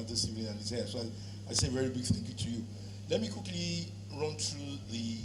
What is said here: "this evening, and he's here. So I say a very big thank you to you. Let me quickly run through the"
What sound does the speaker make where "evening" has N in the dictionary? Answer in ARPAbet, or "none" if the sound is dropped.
none